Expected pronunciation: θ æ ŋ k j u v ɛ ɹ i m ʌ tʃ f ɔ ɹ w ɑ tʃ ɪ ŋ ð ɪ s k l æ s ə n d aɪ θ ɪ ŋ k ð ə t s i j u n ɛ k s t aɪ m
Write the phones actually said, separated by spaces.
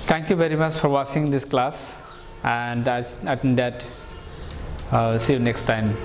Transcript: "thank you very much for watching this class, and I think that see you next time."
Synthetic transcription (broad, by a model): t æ ŋ k j u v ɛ ɹ i m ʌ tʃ f ɔ ɹ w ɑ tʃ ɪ ŋ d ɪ s k l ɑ s ə n d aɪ s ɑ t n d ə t s i n ɛ k s t aɪ m